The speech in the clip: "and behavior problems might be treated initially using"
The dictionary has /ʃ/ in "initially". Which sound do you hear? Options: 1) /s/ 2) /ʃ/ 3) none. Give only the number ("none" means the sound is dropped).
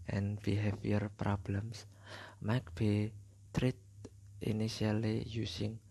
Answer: 3